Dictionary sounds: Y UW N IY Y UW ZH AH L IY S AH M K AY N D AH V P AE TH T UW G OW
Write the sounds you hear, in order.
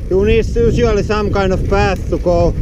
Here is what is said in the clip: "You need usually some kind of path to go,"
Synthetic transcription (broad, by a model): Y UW N IY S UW S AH L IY S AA M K AY N AH F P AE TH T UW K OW